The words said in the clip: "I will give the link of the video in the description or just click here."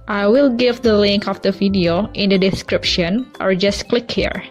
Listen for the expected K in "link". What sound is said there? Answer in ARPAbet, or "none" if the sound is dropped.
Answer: K